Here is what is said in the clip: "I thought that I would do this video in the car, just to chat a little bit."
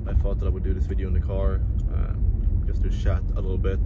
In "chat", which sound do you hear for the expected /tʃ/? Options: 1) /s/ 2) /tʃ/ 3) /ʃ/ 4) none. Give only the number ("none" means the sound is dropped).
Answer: 3